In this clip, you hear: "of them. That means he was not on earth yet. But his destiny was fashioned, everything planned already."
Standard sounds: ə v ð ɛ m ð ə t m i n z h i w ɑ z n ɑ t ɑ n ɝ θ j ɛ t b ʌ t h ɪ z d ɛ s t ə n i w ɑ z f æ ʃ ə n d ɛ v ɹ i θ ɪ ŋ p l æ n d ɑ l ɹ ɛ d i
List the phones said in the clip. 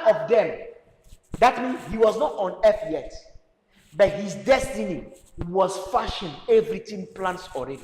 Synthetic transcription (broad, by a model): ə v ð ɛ m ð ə t m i n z h i w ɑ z n ɑ t ɑ n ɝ f j ɛ t b ʌ t h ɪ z d ɛ s t ə n i w ɑ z f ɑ ʃ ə n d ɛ v ɹ i t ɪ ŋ p l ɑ n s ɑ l ɹ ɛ d i